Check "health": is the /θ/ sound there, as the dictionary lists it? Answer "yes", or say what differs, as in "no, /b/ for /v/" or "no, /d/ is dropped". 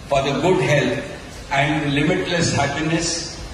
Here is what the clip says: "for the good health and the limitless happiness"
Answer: no, /t/ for /θ/